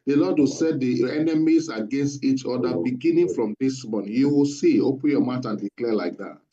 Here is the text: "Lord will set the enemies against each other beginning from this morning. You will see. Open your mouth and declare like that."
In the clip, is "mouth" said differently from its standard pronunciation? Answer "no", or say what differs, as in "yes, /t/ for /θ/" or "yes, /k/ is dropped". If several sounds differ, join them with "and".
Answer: yes, /t/ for /θ/